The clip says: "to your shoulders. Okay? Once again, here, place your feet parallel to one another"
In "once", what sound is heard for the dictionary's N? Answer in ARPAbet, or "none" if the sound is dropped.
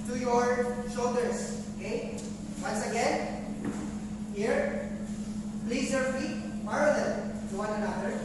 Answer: N